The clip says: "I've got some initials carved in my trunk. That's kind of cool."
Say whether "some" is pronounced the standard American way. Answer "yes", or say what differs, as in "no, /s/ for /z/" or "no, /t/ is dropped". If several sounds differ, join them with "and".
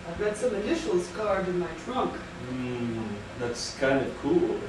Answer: yes